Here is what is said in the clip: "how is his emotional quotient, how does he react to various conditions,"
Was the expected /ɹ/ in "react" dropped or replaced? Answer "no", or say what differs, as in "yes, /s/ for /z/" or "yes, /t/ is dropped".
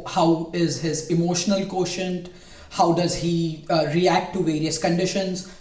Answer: no